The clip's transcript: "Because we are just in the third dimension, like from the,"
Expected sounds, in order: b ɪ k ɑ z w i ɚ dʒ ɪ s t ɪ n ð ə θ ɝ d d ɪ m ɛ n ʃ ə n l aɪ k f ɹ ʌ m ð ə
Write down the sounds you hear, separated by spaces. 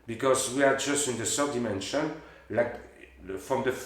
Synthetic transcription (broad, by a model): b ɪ k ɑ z w i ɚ dʒ ɪ s t ɪ n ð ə s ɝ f d ɪ m ɛ n ʃ ə n l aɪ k f ɹ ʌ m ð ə